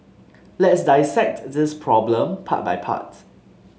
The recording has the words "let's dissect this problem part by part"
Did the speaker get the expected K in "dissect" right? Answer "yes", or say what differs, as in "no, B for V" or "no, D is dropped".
yes